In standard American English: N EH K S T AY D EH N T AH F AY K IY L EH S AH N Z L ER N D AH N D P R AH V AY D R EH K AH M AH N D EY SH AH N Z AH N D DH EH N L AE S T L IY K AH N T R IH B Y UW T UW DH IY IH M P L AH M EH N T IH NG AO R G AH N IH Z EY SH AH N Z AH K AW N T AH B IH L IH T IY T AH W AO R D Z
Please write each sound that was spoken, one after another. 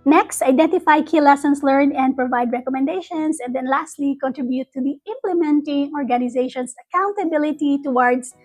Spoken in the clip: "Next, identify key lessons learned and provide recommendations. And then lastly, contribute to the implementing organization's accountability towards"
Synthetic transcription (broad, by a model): N EH K S T AY D EH N T AH F AY K IY L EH S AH N S L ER N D AH N D P R AH V AY D R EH K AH M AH N D EY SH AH N S AH N D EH N L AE S T L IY K AH N T R IH B Y UW T UW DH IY IH M P L AH M EH N T IH NG AO R G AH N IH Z EY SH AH N S AH K AW N T AH B IH L IH T IY T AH W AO R D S